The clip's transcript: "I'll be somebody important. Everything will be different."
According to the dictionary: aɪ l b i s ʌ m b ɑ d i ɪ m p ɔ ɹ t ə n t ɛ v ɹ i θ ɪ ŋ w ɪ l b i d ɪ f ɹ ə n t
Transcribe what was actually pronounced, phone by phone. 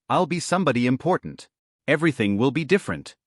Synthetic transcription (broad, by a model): aɪ l b i s ʌ m b ɑ d i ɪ m p ɔ ɹ t n t ɛ v ɹ i θ ɪ ŋ w ɪ l b i d ɪ f ɹ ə n t